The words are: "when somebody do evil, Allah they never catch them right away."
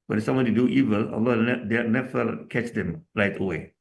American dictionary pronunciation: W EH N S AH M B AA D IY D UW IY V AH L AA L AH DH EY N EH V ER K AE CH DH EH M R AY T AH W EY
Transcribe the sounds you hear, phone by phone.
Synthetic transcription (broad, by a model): W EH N S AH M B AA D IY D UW IY V AH L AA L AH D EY N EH F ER K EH CH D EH M R AY T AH W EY